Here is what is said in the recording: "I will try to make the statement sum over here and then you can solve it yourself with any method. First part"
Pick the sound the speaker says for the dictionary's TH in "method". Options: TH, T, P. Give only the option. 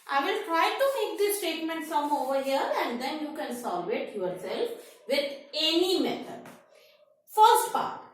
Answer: T